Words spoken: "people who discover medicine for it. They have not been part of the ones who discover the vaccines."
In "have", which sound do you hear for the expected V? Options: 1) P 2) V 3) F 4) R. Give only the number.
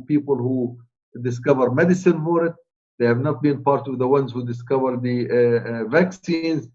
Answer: 2